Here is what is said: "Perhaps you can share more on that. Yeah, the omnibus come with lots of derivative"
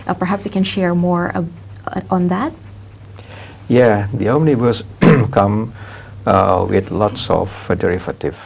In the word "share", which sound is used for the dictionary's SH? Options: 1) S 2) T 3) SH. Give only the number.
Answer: 3